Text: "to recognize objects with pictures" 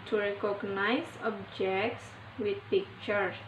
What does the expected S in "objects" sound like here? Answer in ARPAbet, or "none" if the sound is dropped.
S